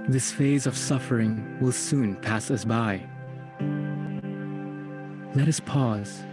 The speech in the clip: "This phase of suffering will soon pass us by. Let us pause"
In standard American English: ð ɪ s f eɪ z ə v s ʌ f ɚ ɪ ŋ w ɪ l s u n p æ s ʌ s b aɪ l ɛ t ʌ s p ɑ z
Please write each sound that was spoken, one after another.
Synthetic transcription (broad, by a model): ð ɪ s f eɪ z ə v s ʌ f ɚ ɪ ŋ w ɪ l s u n p æ s ʌ s b aɪ l ɛ t ʌ s p ɑ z